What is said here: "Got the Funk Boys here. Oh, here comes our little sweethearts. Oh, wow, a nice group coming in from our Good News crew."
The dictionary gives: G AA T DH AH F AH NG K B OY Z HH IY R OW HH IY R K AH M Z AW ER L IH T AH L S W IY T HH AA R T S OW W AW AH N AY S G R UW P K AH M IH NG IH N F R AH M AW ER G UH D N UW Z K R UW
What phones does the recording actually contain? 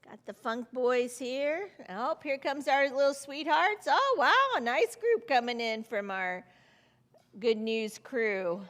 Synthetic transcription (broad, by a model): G AA T DH AH F AH NG K B OY Z HH IY R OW HH IY R K AH M Z AW ER L IH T L S W IY T HH AA R T S OW W AW AH N AY S G R UW P K AH M IH NG IH N F R AH M AW ER G UH D N UW Z K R UW